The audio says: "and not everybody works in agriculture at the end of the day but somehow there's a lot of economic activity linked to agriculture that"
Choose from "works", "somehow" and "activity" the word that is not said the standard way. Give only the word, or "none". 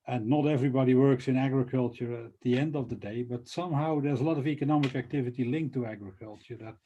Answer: none